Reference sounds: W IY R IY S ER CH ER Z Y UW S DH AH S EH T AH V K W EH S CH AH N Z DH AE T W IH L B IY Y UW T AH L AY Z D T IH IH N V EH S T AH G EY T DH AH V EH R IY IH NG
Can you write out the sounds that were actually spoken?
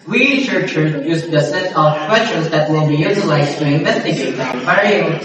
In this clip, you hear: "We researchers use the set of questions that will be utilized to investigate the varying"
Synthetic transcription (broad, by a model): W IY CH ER CH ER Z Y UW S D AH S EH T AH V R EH CH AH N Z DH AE T W IH L B IY Y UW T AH L AY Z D T IH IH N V EH S T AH G EY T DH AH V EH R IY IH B